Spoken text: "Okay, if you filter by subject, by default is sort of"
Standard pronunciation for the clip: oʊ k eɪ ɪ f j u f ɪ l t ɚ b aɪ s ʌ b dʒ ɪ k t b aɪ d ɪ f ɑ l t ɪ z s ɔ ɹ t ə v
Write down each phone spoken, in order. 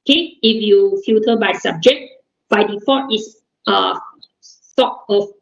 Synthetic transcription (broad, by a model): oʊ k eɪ ɪ f j u f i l t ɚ b aɪ s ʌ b dʒ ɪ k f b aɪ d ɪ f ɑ t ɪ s s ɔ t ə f